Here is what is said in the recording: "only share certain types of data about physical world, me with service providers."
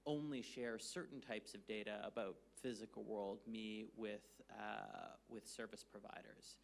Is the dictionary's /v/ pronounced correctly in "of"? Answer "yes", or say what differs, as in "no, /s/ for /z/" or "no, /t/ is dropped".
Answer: yes